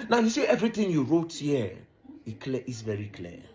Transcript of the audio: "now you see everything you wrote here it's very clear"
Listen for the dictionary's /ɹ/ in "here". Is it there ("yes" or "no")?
no